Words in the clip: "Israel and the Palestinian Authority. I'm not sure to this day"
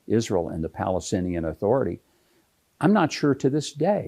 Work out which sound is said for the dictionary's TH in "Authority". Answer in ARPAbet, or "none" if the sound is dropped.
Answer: TH